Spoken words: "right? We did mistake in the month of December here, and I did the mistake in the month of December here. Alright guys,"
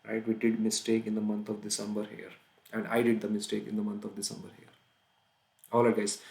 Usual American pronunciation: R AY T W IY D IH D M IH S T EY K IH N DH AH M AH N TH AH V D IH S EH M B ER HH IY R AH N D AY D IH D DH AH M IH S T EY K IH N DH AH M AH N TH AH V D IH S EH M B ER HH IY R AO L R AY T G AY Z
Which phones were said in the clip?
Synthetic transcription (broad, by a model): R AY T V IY D IH D M IH S T EY K IH N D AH M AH N T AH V D IH S EH M B ER HH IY R AH N D AY D IH D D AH M IH S T EY K IH N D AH M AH N T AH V D IH S EH M B ER HH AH R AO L AY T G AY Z